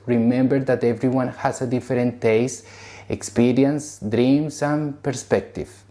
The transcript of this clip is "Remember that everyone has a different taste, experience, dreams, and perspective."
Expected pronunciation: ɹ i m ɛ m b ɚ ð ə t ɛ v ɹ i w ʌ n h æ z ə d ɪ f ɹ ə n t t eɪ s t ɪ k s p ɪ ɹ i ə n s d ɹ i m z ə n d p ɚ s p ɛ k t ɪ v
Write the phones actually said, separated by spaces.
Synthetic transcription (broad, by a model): ɹ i m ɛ m b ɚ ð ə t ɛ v ɹ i w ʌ n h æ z ə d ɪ f ɹ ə n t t eɪ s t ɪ k s p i ɹ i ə n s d ɹ i m s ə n p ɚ s p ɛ k t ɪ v